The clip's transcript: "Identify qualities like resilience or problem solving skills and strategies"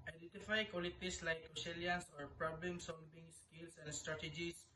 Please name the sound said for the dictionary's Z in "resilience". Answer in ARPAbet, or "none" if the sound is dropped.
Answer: S